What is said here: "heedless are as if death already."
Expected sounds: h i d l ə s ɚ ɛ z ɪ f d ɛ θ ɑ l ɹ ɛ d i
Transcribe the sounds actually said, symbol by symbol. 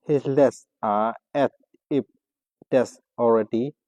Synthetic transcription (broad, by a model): h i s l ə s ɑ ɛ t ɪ p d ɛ s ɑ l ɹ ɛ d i